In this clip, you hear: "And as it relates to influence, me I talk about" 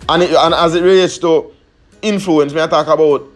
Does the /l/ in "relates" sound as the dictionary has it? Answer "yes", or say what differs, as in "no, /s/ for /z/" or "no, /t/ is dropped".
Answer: no, /l/ is dropped